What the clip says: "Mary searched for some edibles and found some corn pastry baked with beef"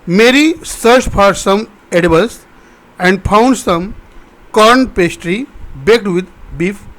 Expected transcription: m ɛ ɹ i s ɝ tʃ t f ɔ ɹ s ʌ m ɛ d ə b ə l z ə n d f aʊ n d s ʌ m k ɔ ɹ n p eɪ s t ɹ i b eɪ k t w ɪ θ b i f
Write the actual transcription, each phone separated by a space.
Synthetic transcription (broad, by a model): m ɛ ɹ i s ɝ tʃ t p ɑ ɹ s ʌ m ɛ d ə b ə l s ə n d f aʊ n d s ʌ m k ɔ ɹ n p eɪ s t ɹ i b eɪ k t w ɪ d b i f